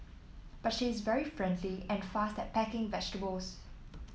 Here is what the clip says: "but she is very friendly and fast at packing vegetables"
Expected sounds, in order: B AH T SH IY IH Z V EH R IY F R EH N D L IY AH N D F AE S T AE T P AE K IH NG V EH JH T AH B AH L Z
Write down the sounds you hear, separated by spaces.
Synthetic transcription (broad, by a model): B AH T SH IY IH Z V EH R IY F R EH N D L IY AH N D F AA S T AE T P AE K IH NG V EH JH T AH B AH L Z